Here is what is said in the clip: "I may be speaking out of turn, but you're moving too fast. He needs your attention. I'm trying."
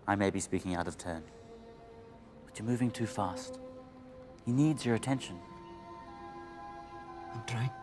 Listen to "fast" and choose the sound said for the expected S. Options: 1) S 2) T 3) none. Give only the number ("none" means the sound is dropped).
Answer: 1